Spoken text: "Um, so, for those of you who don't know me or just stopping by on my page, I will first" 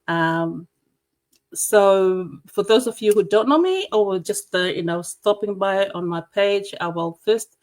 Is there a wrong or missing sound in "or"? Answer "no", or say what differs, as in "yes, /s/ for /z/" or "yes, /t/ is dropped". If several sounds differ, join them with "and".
yes, /w/ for /ɹ/